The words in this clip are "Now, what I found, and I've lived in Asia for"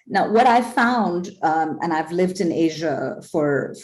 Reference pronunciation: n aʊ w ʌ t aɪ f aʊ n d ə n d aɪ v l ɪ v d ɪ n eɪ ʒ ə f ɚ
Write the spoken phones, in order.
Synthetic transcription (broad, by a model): n aʊ w ʌ t aɪ f aʊ n d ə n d aɪ v l ɪ v d ɪ n eɪ ʒ ə f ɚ